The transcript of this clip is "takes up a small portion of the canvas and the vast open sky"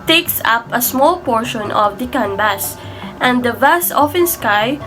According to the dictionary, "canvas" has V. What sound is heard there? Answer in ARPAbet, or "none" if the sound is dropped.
B